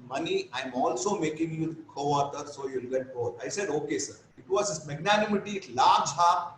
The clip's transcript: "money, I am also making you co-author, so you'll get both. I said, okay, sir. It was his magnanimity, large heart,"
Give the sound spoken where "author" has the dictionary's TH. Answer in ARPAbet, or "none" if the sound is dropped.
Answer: T